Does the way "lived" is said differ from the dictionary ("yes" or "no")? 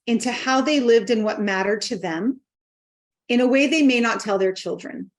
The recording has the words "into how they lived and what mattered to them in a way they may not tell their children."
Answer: no